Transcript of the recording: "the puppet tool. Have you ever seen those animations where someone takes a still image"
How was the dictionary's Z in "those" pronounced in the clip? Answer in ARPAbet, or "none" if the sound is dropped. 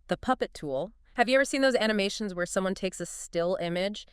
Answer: Z